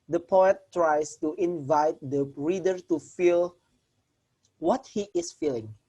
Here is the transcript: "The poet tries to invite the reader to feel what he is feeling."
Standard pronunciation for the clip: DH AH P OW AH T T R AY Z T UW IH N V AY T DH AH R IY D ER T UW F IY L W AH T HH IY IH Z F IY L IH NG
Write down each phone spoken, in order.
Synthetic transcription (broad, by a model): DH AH P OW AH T T R AY S T UW IH N V AY T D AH R IY D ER T UW F IY L W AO T HH IY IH S F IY L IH NG